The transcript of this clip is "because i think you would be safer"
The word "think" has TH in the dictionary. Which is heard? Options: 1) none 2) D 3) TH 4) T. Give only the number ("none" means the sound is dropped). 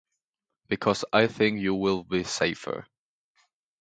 3